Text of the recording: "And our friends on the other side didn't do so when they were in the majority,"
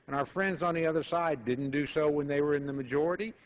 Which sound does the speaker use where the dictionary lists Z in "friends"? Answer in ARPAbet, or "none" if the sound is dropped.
Z